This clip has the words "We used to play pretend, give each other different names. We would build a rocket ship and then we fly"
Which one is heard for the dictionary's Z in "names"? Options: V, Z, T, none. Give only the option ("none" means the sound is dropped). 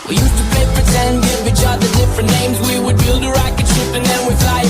Z